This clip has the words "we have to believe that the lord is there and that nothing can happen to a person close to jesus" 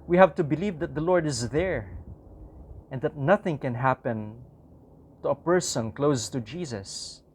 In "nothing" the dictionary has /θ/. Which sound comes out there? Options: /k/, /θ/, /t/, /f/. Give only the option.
/θ/